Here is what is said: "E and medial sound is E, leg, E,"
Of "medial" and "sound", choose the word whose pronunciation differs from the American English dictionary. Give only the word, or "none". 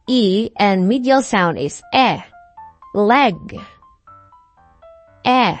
none